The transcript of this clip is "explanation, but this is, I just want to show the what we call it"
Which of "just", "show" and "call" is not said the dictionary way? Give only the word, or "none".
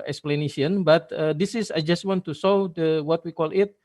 show